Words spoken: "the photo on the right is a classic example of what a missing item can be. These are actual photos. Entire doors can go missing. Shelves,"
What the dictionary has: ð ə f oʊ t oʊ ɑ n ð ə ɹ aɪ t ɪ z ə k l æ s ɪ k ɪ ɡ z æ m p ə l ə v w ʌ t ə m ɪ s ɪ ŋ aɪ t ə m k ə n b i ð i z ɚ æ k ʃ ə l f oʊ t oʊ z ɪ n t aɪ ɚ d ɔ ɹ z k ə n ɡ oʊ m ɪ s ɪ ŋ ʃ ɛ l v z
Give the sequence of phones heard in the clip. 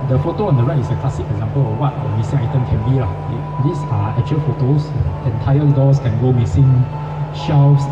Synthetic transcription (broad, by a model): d ə f oʊ t oʊ ɑ n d ə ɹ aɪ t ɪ s ə k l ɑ s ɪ k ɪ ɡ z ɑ m p ə l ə f w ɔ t ə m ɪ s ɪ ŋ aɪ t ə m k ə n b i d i s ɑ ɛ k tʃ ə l f oʊ t oʊ s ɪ n t aɪ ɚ d ɔ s k ə n ɡ oʊ m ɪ s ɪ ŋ ʃ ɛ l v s